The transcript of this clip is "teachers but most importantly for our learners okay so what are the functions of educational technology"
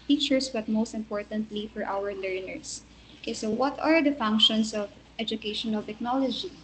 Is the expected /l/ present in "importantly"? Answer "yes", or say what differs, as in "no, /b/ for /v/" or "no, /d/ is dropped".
yes